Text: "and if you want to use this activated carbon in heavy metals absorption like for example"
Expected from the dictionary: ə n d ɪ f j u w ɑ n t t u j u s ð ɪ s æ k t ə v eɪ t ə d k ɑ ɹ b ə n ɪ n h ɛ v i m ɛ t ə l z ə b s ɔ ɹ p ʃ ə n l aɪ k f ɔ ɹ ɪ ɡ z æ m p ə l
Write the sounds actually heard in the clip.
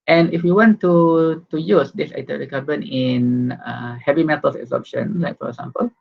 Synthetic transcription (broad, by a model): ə n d ɪ f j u w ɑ n t t u j u s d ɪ s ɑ t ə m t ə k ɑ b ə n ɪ n h ɛ v i m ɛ t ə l s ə s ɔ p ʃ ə n l aɪ k f ɔ ɹ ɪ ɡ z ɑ m p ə l